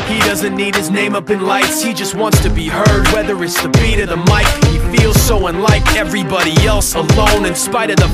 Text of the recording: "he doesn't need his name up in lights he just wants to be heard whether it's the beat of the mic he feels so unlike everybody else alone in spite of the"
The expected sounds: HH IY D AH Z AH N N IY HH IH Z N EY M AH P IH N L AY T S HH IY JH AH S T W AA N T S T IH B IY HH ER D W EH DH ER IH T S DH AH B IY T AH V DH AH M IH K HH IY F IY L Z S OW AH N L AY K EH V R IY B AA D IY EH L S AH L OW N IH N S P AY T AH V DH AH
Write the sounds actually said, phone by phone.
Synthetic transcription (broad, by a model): HH IY D AH Z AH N N IY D IH Z N EY M AH P IH N L AY T S HH IY JH AH S T W AA N T S T IH B IY HH ER D W EH DH ER IH T S DH AH B IY T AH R DH AH M IH K HH IY F IY L Z S OW AH N L AY K EH V R IY B AA D IY EH L S AH L OW N IH N S P AY T AH V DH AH